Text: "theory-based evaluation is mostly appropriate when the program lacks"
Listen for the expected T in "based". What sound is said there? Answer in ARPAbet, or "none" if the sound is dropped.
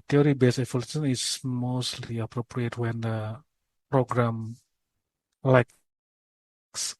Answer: none